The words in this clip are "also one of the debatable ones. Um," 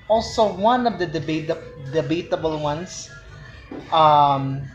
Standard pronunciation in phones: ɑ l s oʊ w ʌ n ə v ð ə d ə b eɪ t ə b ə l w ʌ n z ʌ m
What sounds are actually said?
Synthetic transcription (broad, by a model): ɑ l s oʊ w ʌ n ə v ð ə d ə b eɪ t ə b ə l w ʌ n s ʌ m